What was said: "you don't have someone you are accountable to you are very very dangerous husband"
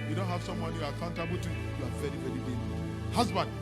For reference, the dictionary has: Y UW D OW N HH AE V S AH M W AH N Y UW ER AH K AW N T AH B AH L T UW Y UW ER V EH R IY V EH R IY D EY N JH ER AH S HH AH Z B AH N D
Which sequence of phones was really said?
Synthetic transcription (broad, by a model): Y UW D OW N HH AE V S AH M W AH N Y UW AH K AW N T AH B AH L T UW Y UW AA V EH R IY V EH R IY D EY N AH HH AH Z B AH N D